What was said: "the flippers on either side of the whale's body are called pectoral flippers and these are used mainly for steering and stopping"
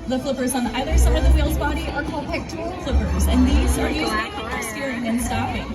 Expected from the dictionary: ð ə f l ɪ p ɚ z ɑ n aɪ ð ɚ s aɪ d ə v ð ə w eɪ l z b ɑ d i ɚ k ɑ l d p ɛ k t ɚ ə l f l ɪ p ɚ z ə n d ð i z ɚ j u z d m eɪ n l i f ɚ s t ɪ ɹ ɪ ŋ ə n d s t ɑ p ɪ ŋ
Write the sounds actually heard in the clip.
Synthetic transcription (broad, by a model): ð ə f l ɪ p ɚ z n aɪ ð ɚ s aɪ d ə v ð ə w eɪ l z b ɑ d i ɚ k ɑ l d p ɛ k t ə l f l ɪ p ɚ z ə n ð i z ɚ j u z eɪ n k s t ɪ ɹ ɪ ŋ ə n s t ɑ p ɪ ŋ